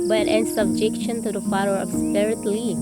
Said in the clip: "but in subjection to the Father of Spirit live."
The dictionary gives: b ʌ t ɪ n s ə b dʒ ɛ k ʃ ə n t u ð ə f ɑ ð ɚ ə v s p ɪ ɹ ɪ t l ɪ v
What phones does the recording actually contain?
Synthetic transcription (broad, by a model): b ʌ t ɪ n s ə b dʒ ɛ k ʃ ə n t u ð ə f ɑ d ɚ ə b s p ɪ ɹ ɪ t l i